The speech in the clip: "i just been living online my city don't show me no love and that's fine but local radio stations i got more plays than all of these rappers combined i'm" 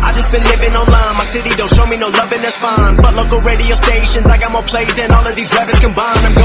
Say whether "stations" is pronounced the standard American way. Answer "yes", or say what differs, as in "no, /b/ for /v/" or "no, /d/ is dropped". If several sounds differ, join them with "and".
yes